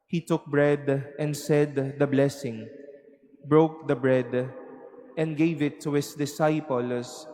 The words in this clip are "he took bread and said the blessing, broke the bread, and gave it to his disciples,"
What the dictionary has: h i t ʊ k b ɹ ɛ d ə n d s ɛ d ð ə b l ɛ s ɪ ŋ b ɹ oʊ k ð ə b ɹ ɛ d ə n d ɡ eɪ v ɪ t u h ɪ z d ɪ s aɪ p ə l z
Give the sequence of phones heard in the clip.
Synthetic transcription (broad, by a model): h i t ʊ k b ɹ ɛ d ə n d s ɛ d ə b l ɛ s ɪ ŋ b ɹ oʊ k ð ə b ɹ ɛ d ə n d ɡ eɪ v ɪ t u h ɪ s d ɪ s aɪ p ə l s